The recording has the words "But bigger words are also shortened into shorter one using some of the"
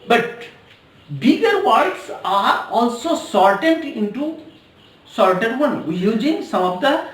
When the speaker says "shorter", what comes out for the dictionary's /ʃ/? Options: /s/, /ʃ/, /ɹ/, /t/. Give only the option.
/s/